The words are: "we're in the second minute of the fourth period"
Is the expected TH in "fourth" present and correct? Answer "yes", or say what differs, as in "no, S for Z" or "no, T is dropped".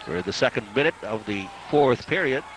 yes